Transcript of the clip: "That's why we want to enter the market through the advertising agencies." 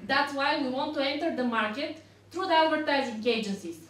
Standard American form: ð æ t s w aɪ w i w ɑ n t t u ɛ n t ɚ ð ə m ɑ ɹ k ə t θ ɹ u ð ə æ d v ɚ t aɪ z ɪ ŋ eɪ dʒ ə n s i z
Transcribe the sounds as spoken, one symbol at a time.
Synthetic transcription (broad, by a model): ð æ t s w aɪ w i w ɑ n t t u ɛ n t ɚ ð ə m ɑ ɹ k ə t t ɹ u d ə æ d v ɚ t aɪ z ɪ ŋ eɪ dʒ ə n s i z